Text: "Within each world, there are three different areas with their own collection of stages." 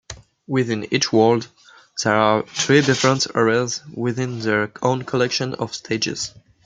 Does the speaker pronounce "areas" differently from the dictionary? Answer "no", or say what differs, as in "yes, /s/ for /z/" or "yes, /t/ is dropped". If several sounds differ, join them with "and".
no